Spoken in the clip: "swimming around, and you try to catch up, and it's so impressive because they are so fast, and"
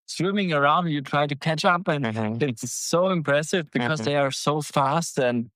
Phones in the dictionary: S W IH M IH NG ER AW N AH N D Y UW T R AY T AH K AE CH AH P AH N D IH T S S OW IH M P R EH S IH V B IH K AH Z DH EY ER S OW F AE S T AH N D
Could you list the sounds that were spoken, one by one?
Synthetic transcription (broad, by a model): S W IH M IH NG ER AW AH N D Y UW T R AY T AH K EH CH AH P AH N IH T S S OW IH M P R EH S IH V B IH K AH Z DH EY ER S OW F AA S T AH N